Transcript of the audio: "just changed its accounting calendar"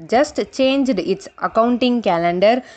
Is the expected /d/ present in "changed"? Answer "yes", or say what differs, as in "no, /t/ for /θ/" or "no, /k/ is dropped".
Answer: yes